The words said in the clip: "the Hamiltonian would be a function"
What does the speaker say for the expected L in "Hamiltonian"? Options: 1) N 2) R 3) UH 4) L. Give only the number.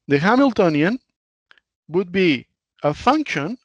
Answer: 4